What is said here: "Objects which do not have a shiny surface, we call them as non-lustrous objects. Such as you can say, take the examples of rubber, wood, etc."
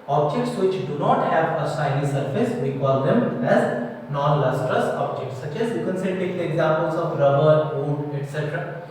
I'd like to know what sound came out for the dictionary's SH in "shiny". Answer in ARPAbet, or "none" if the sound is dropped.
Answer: S